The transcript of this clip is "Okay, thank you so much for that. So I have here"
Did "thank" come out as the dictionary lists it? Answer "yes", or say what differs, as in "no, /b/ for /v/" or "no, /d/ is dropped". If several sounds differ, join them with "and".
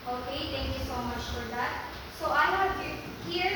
no, /t/ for /θ/